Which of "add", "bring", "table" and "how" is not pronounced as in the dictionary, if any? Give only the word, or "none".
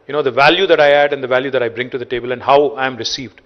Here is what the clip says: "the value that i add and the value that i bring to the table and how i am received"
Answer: none